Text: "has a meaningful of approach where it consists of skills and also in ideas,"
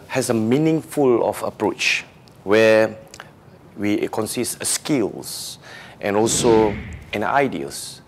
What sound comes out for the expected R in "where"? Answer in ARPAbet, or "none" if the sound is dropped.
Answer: W